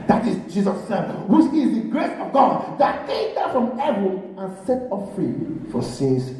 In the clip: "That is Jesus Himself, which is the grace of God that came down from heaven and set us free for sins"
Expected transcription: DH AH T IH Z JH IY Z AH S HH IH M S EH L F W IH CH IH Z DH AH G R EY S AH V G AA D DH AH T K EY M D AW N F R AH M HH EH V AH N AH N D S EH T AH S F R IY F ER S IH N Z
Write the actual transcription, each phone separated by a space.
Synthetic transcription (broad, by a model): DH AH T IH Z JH IY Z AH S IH S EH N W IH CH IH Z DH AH G R EY S AH V G AA D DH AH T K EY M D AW F R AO M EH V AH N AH N S EH T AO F F R IY F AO S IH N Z